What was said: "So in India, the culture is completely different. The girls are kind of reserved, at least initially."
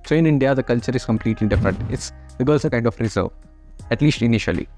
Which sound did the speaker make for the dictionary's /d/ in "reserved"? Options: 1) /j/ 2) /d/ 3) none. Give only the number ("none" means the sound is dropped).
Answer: 3